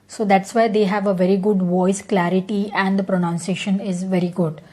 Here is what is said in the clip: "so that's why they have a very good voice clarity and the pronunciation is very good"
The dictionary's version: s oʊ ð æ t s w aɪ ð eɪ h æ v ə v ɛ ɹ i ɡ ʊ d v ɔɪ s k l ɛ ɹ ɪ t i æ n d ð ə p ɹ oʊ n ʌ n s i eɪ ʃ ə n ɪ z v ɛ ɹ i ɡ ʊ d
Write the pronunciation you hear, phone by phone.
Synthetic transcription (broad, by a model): s oʊ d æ t s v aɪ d eɪ h æ v ə v ɛ ɹ i ɡ ʊ d v ɔɪ s k l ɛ ɹ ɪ t i æ n d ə p ɹ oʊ n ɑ n s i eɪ ʃ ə n ɪ z v ɛ ɹ i ɡ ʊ d